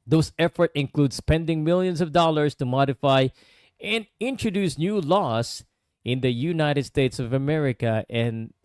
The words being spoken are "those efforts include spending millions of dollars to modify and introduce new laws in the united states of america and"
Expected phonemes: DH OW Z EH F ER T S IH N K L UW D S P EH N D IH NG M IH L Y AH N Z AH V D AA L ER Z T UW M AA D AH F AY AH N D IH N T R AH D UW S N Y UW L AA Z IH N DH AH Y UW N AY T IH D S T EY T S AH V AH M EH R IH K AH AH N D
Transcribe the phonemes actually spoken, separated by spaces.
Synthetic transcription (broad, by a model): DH OW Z EH F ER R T IH N K L UW D S P EH N D IH NG M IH L Y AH N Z AH V D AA L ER S T UW M AA D AH F AY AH N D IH N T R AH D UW S N Y UW L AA S IH N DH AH Y UW N AY T IH D S T EY T S AH V AH M EH R IH K AH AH N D